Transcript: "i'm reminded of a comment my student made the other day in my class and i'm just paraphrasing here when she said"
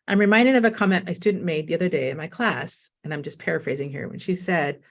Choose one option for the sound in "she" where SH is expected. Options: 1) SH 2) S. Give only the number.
1